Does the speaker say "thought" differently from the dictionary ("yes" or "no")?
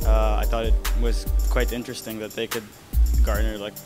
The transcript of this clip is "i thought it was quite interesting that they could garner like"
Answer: no